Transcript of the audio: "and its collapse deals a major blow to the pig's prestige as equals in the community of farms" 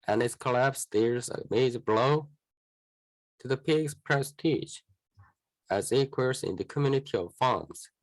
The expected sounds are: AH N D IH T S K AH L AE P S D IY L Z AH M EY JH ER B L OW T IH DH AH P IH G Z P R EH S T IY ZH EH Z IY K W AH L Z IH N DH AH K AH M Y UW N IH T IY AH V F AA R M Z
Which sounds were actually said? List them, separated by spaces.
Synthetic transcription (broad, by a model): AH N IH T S K AH L AE P S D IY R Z AH M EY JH B L OW T IH DH AH P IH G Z P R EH S T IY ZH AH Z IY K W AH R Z IH N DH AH K AH M Y UW N IH T IY AH V F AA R M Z